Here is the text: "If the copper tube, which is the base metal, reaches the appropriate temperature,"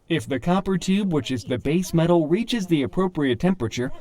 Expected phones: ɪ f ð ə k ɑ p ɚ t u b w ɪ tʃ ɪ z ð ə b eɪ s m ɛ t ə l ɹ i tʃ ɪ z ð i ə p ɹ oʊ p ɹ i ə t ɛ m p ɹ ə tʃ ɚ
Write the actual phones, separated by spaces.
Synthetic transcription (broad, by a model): ɪ f ð ə k ɑ p ɚ t u b w ɪ tʃ ɪ z ð ə b eɪ s m ɛ t l ɹ i tʃ ɪ z ð i ə p ɹ oʊ p ɹ i ə t ɛ m p ɹ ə tʃ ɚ